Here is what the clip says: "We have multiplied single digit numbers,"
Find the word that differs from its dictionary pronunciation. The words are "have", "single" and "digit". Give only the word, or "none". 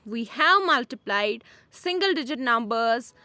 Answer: none